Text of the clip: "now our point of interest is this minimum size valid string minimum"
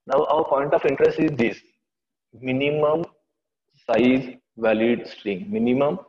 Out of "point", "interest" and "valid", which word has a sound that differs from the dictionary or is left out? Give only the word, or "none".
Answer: none